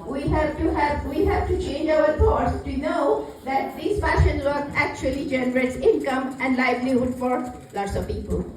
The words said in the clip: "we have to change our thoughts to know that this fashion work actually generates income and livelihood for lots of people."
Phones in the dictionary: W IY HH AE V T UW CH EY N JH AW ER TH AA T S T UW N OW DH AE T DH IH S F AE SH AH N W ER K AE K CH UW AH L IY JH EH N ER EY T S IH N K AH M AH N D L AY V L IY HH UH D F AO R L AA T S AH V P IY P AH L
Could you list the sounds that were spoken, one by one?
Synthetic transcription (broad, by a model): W IY HH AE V T UW CH EY N JH AW ER F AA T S T UW N OW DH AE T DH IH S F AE SH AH N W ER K AE K CH UW AH L IY JH EH N ER EY T S IH N K AH M AH N D L AY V L IY HH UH D F AO R L AA T S AH V P IY P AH L